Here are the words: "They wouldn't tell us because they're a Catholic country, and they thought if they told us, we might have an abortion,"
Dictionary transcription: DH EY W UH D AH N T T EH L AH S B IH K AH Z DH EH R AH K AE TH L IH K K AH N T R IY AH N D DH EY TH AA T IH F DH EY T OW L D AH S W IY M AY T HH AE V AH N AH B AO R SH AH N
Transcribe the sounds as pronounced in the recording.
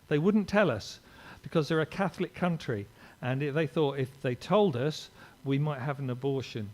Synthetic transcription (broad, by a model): DH EY W UH D N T T EH L AH S B IH K AH Z DH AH R AH K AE TH L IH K K AH N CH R IY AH N DH EY TH AA T IH F DH EY T OW L D AH S W IY M AY T HH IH V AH N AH B AO R SH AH N